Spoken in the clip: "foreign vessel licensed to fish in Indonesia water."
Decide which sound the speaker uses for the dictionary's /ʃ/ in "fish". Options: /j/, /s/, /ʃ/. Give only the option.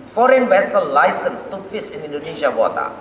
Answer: /s/